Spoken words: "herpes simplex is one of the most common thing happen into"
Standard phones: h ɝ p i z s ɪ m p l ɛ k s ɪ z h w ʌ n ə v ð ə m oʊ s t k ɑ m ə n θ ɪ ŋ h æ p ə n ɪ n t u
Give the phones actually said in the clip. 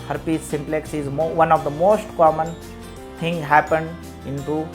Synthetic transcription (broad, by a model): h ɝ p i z s ɪ m p l ɛ k s ɪ z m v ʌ n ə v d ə m oʊ s t k ɑ m ə n t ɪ ŋ h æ p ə n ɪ n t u